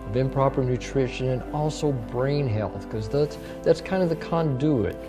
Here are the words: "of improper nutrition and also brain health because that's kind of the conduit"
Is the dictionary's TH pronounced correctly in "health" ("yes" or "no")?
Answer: yes